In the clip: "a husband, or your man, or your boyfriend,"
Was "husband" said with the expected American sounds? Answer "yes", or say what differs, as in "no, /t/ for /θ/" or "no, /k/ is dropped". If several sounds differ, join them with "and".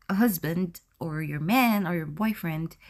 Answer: yes